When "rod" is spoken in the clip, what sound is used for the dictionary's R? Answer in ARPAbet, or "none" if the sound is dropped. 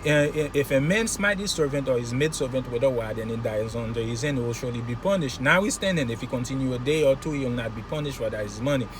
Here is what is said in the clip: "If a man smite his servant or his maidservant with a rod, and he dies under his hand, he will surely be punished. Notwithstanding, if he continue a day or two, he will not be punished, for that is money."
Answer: W